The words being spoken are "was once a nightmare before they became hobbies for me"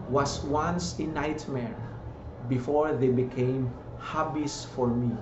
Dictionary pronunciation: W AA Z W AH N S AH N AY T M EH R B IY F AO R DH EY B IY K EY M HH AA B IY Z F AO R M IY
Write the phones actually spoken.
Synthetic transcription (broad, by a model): W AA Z W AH N S AH N AY T M EH R B IY F AO R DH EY B IY K EY M HH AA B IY S F AO R M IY